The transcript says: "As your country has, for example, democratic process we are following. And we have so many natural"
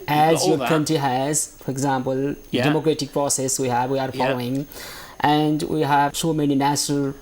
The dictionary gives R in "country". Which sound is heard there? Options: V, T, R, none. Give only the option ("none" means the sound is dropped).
none